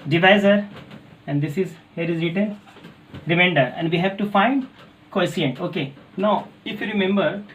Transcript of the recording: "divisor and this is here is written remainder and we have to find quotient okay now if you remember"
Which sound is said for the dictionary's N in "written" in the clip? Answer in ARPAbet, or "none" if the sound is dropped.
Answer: L